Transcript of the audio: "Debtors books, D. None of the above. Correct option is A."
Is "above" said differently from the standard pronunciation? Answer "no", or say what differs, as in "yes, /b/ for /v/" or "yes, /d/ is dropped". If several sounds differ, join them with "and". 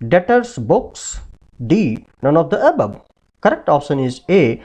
yes, /b/ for /v/